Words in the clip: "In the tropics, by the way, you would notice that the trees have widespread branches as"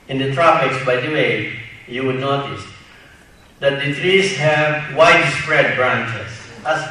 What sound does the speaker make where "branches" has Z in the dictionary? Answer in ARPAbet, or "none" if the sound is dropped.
S